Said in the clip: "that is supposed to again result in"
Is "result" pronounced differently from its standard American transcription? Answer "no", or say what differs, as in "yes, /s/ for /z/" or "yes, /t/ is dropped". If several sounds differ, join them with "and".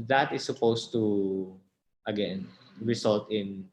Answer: yes, /s/ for /z/